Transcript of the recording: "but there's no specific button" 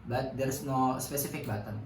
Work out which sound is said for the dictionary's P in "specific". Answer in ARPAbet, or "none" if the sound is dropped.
P